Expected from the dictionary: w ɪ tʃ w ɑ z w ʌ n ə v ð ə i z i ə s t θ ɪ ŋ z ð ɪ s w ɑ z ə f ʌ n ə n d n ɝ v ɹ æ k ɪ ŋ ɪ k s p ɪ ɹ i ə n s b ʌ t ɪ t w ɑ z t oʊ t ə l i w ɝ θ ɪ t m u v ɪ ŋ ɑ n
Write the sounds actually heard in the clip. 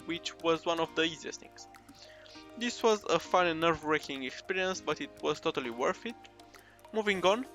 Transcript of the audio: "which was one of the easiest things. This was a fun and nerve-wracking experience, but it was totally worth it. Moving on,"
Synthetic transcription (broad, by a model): w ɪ tʃ w ɑ z w ʌ n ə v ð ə i z i ə s t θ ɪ ŋ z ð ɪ s w ɑ z ə f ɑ ə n n ɝ v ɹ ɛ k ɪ ŋ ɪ k s p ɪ ɹ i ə n s b ʌ t ɪ t w ɑ z t oʊ t ə l i w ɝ f ɪ t m u v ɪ ŋ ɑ n